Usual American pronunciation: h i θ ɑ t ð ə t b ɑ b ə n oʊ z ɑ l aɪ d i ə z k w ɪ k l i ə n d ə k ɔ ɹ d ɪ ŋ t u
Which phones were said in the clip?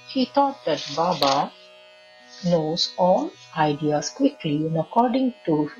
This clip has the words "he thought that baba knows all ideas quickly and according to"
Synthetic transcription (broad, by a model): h i t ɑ t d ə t b ɑ b ə n oʊ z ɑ n aɪ d i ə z k w ɪ k l i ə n ə k ɔ ɹ d ɪ ŋ t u